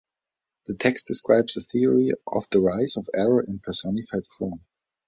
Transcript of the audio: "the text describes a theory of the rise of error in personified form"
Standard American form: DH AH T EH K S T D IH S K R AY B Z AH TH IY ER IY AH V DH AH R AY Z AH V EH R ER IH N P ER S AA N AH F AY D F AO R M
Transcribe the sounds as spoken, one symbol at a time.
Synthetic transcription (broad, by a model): DH AH T EH K S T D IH S K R AY B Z AH TH IY ER IY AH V DH AH R AY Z AH V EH R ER IH N P ER S AA N AH F AY D F AO R M